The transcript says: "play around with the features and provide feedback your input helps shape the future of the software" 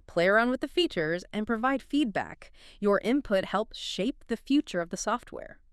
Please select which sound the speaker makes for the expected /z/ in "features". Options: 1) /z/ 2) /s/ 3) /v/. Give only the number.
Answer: 1